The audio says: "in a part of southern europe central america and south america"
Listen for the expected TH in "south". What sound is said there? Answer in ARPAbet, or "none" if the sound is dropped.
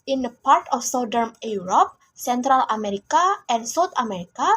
T